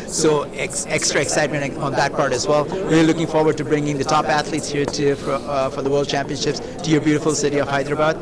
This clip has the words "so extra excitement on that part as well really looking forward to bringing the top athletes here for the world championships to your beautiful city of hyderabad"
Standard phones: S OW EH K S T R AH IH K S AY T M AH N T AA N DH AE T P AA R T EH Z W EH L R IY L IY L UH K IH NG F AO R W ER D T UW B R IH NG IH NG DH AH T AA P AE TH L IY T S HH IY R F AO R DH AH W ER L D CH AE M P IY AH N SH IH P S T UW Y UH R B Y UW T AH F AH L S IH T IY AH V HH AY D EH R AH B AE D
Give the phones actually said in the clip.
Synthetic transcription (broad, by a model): S OW EH K S T R AH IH K S AY T M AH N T AA N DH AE T P AA R T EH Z W EH L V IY IY L UH K IH NG F AO R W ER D T UW B R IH NG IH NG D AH T AA P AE T L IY T S HH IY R F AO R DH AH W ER L D CH AE M P IY AH N SH IH P S T UW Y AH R B Y UW T AH F AH L S IH T IY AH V HH AY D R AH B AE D